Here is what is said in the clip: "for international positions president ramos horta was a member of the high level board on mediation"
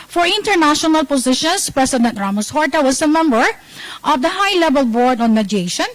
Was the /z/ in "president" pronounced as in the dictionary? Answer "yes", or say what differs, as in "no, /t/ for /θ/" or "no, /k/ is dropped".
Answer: no, /s/ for /z/